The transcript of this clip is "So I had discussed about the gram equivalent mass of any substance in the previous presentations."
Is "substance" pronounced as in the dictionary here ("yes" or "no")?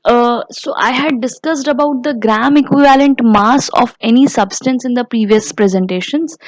yes